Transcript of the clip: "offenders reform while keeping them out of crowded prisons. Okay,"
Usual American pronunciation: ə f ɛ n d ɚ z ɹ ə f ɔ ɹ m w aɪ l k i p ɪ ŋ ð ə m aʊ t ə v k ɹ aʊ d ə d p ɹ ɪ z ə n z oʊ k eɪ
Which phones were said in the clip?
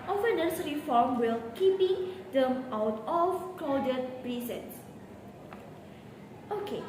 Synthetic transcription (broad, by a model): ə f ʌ n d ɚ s ɹ ə f ɔ ɹ m w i l k i p ɪ ŋ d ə m aʊ t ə f k l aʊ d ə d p ɹ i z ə n s oʊ k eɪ